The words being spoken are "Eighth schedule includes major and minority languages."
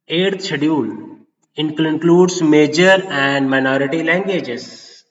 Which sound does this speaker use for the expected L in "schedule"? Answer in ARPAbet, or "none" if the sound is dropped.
N